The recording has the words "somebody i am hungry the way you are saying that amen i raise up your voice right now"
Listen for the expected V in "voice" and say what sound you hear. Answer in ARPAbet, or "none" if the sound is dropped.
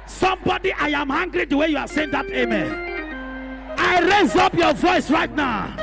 V